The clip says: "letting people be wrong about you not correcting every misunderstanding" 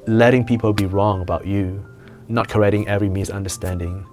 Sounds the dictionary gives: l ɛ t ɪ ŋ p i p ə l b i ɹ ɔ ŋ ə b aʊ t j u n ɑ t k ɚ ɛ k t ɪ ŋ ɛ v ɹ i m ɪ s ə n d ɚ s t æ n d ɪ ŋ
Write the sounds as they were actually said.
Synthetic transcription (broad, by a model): l ɛ t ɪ ŋ p i p ə l b i ɹ ɔ ŋ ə b aʊ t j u n ɑ t k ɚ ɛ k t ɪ ŋ ɛ v ɹ i m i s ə n d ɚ s t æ n d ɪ ŋ